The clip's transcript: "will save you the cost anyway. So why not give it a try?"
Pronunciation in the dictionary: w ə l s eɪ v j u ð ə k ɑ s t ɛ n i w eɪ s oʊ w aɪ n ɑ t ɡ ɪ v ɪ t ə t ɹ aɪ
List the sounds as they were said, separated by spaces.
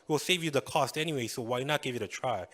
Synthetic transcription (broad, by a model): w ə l s eɪ v j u ð ə k ɑ s t ɛ n i w eɪ s oʊ w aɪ n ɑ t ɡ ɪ v ɪ t ə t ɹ aɪ